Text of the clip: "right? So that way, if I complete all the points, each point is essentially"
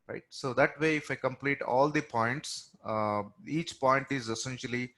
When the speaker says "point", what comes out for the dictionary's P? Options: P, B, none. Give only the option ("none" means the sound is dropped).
P